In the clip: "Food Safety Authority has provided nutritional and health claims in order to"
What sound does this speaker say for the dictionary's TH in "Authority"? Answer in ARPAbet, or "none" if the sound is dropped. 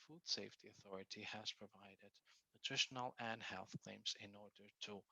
TH